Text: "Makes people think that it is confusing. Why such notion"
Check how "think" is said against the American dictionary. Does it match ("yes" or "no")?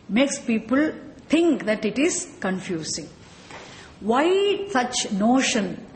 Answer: no